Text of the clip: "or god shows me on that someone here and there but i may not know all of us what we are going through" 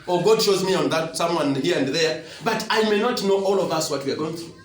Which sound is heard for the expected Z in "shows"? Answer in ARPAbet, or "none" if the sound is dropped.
Z